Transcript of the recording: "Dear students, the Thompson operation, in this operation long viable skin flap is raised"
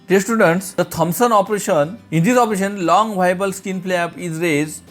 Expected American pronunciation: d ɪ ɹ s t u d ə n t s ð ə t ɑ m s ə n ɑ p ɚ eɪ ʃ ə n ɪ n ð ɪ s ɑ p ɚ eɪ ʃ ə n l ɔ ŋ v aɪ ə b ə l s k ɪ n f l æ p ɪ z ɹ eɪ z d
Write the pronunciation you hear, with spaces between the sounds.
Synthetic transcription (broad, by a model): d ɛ s t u d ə n t s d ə t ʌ m s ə n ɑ p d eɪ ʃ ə n ɪ n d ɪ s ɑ p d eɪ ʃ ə n l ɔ ŋ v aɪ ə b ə l s k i n p l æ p ɪ z ɹ eɪ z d